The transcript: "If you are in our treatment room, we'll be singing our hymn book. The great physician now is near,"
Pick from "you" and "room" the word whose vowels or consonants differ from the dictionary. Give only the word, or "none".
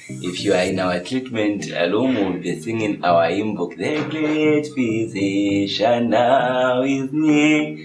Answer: room